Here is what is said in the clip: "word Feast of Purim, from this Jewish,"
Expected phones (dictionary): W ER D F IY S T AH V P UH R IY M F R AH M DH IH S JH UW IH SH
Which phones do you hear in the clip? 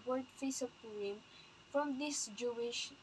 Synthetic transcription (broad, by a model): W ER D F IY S AH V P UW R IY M F R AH M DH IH S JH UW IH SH